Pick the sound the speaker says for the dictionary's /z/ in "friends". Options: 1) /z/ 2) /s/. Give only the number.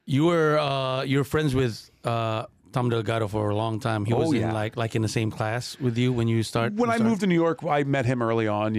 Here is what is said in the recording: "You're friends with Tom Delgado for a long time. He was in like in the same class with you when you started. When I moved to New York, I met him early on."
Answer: 1